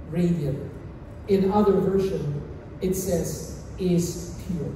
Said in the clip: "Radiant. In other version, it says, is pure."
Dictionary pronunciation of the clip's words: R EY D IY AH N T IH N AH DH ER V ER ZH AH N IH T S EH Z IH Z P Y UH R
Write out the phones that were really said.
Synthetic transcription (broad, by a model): R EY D IY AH IH N AH DH ER V ER SH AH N IH T S EH Z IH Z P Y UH R